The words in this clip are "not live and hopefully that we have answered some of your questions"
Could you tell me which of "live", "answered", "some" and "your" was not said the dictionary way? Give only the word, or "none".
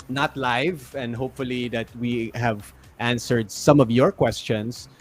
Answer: none